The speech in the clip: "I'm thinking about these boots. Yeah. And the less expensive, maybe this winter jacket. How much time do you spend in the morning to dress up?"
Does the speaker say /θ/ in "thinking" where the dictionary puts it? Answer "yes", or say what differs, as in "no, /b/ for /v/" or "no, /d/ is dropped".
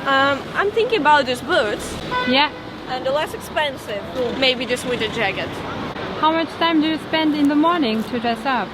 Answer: yes